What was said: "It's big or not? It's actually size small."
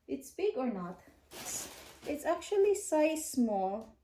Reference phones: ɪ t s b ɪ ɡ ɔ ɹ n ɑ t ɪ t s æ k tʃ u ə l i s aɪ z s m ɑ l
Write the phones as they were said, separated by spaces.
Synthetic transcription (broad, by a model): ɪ t s b ɪ ɡ ɔ ɹ n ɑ t ɪ t s æ k tʃ u ə l i s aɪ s m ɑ l